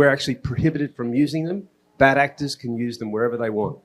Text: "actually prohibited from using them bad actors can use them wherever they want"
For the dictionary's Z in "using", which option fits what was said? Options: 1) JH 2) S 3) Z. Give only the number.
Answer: 3